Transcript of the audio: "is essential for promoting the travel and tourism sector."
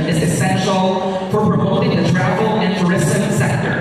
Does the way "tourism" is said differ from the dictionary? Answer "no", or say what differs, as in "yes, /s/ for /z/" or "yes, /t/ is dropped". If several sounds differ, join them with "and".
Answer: yes, /s/ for /z/